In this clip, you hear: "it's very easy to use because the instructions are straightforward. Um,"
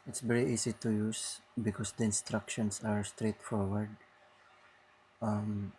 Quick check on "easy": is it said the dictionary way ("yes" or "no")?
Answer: no